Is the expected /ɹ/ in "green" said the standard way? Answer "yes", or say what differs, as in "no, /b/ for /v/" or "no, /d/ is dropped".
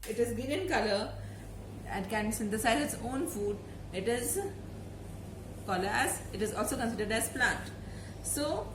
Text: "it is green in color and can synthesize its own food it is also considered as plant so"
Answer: no, /ɹ/ is dropped